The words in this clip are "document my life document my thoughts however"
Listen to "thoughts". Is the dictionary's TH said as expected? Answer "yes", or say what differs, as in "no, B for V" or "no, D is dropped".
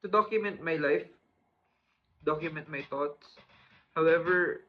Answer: no, T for TH